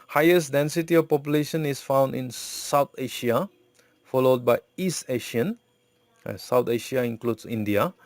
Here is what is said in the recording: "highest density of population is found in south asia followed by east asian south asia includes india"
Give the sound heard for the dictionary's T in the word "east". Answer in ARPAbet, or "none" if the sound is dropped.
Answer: T